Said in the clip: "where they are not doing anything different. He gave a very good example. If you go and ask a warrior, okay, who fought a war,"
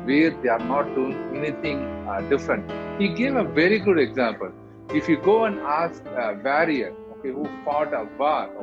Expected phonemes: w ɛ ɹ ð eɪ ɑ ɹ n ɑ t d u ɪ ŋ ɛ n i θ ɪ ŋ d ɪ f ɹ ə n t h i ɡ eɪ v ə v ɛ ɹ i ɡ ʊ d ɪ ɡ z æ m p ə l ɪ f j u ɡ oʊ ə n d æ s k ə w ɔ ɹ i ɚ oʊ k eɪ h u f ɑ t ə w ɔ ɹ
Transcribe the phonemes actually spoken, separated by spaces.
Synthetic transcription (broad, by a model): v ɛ ɹ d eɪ ɑ ɹ n ɑ t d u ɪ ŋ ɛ n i t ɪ ŋ d ɪ f ɹ ə n t h i ɡ eɪ v ə v ɛ ɹ i ɡ ʊ d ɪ ɡ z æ m p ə l ɪ f j u ɡ oʊ ə n d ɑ s k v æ ɹ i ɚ oʊ k eɪ h u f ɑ t ə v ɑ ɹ